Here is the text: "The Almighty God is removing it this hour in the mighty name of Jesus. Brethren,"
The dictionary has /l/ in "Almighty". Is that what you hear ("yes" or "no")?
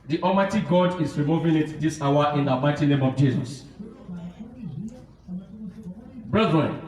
no